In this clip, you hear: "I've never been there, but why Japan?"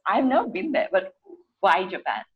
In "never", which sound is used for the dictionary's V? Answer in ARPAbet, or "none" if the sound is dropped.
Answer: none